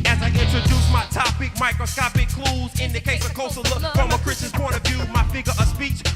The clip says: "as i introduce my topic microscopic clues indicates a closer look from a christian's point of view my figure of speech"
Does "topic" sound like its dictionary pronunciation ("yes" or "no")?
yes